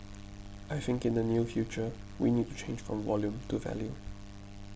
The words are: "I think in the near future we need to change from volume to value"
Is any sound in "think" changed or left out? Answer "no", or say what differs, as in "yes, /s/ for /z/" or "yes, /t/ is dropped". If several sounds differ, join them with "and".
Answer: no